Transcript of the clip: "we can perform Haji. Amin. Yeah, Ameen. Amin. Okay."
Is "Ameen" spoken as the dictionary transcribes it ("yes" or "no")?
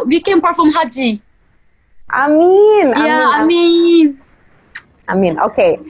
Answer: yes